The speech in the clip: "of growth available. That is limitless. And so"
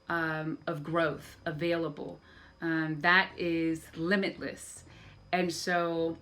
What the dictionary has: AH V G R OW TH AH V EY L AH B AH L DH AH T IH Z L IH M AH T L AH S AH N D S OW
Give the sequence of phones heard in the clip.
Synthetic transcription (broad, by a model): AH V G R OW TH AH V EY L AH B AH L DH AH T IH Z L IH M AH T L AH S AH N S OW